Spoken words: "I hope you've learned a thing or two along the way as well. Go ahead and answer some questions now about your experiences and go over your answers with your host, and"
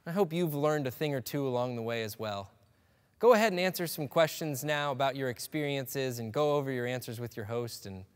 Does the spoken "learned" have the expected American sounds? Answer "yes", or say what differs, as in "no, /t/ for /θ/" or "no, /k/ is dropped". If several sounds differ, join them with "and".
yes